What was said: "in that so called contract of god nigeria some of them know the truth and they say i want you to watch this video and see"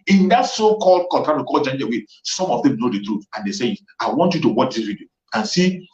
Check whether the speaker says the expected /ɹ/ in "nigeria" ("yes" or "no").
no